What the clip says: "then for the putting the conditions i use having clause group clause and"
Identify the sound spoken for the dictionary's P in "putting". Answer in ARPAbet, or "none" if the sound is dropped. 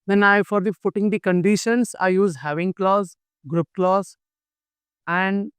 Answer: F